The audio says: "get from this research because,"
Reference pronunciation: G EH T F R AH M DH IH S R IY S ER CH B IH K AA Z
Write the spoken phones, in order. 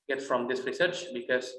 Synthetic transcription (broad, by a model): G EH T F R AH M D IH S R IY S ER CH B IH K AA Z